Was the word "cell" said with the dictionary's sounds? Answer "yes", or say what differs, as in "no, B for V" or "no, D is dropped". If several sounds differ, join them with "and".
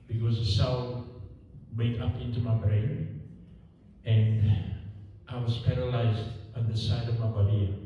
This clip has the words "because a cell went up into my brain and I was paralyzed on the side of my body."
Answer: no, N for L